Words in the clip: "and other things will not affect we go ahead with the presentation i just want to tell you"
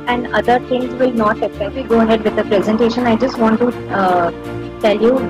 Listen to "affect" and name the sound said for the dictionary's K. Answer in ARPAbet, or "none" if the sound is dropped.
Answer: none